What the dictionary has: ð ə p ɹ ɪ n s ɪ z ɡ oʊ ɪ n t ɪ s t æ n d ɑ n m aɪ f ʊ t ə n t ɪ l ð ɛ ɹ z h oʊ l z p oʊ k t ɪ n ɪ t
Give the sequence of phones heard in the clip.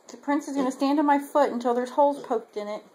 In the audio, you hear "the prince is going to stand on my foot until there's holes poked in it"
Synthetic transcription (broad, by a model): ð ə p ɹ ɪ n s ɪ z ɡ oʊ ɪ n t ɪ s t æ n d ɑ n m aɪ f ʊ t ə n t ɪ l ð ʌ ɹ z h oʊ l p oʊ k t ɪ n ɪ t